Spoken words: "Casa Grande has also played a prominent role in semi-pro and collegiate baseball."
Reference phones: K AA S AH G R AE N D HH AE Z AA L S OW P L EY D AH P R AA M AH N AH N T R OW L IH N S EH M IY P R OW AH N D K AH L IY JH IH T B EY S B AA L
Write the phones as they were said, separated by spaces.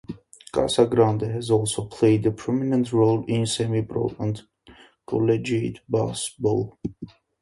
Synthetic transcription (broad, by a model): K AA S AH G R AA N D HH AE Z AA L S OW P L EY D AH P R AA M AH N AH N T R OW L IH N S EH M IY B R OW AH N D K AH L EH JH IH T B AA S B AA L